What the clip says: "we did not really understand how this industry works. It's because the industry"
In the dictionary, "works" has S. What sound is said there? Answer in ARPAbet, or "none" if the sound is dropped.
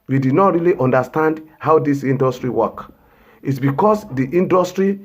none